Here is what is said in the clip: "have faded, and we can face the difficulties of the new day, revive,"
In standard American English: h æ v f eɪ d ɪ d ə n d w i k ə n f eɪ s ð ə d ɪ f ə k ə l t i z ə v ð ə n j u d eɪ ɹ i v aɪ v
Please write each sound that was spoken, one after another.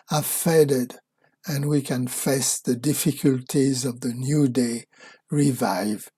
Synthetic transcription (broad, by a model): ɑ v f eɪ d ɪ d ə n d w i k ə n f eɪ s ð ə d ɪ f ə k ə l t i z ə v ð ə n j u d eɪ ɹ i v aɪ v